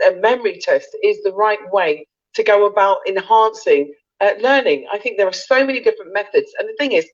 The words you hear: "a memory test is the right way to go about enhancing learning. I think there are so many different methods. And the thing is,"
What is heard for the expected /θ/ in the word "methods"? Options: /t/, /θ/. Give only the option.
/θ/